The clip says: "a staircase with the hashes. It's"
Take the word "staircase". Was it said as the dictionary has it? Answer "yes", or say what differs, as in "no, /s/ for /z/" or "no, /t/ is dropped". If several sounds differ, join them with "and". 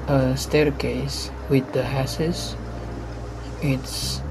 yes